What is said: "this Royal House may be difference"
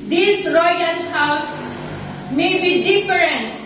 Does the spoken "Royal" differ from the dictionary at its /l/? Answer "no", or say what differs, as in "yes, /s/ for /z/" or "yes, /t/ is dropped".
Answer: yes, /n/ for /l/